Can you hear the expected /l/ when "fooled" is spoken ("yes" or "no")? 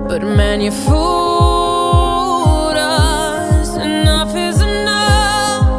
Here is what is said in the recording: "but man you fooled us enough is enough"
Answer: no